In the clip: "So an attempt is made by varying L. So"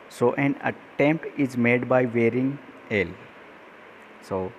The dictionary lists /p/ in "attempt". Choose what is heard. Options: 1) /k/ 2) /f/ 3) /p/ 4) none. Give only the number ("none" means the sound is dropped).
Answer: 3